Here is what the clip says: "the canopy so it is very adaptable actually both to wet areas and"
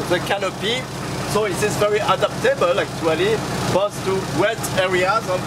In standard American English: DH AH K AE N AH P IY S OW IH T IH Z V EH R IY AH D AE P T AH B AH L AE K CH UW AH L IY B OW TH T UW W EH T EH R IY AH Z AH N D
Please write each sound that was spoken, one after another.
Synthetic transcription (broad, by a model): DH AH K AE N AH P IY S OW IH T IH Z V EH R IY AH D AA P T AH B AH L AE K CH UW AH L IY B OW S T UW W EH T EH R IY AH Z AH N